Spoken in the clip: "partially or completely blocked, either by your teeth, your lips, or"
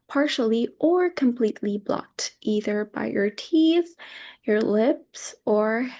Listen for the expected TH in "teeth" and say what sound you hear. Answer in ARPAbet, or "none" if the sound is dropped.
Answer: TH